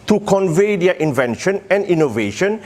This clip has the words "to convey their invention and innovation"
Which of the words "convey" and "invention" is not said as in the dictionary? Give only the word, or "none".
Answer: none